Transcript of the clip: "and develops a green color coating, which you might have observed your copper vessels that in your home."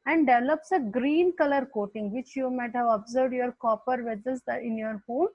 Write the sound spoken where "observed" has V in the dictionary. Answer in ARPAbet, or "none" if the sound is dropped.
V